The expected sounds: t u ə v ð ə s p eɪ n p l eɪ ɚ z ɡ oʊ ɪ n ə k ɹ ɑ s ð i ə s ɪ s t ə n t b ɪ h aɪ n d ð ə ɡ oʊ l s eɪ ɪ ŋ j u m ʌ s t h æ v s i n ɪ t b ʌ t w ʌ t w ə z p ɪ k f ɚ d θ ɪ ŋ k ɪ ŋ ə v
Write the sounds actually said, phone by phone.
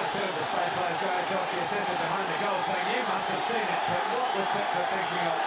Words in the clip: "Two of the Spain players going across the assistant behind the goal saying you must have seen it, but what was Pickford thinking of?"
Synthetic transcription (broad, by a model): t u ə v ð ə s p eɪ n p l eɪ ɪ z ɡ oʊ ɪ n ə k ɑ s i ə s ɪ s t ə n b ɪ h aɪ n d ð ə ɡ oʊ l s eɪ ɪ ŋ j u m ʌ s t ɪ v s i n ɪ t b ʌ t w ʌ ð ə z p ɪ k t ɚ θ ɪ ŋ k ɪ ŋ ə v